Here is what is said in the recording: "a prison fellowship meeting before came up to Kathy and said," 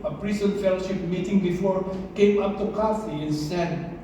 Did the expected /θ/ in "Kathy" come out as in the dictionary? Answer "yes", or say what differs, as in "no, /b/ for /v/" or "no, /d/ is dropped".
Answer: no, /f/ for /θ/